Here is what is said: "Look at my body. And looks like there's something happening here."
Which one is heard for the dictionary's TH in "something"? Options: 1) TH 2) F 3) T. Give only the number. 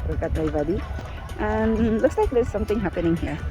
3